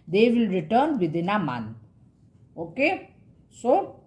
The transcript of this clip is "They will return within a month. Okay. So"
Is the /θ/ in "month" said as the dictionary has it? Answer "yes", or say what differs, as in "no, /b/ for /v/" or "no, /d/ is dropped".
no, /t/ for /θ/